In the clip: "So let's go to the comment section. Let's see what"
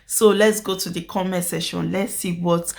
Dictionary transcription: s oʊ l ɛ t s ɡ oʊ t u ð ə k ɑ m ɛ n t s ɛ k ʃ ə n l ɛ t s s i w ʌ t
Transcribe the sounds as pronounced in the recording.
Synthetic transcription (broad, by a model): s oʊ l ɛ t s ɡ oʊ t u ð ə k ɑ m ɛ t s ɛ ʃ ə n l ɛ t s s i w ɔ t